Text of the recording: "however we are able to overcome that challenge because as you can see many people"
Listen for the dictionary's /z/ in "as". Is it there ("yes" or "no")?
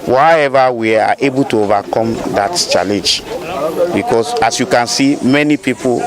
no